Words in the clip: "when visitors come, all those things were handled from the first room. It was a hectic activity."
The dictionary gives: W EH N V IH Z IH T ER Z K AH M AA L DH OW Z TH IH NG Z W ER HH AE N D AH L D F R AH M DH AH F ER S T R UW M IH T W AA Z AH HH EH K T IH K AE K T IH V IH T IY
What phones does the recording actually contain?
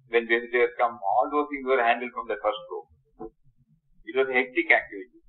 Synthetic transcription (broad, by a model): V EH N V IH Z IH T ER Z K AH M AA L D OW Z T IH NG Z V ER HH AE N D AH L D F R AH M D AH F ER S T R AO IH T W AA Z AH HH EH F T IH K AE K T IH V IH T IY